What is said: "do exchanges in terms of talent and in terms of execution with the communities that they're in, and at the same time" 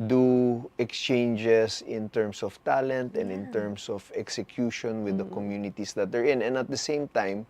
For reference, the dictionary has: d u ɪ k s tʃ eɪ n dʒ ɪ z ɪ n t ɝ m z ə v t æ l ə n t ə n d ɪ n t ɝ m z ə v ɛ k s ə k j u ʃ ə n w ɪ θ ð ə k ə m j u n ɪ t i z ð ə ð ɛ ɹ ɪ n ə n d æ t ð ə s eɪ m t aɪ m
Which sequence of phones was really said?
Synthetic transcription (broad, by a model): d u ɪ k s tʃ eɪ n dʒ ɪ s ɪ n t ɝ m s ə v t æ l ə n t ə n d ɪ n t ɝ m s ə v ɛ k s ə k j u ʃ ə n w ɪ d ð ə k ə m j u n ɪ t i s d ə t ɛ ɹ ɪ n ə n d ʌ t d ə s eɪ m t aɪ m